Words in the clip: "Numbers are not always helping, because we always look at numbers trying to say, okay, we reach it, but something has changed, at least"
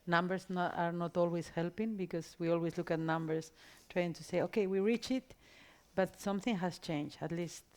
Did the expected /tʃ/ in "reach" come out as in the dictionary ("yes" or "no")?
yes